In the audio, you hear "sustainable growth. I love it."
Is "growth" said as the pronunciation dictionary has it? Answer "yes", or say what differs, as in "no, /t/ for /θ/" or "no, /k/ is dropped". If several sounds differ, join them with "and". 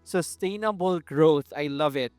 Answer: no, /t/ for /θ/